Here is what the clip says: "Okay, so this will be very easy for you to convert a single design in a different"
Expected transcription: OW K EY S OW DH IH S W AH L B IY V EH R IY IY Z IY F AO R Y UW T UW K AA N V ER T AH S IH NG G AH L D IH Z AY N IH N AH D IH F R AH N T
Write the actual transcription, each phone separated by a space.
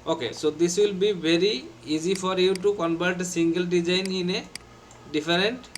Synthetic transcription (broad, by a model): OW K EY S OW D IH S W AH L B IY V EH R IY IY Z IY F AO R Y UW T UW K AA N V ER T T S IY NG G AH L D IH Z AY N IH N AH D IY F R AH N T